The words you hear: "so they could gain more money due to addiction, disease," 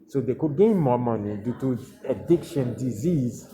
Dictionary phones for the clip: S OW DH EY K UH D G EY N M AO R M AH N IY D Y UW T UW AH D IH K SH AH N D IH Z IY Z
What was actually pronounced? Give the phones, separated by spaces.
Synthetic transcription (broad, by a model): S OW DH EY K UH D G EY N M AO M AH N IY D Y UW T UW AH D IH K SH AH N D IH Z IY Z